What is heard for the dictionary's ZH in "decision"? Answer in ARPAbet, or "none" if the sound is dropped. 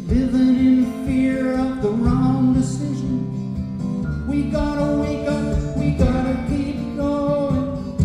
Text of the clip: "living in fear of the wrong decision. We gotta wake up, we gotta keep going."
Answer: ZH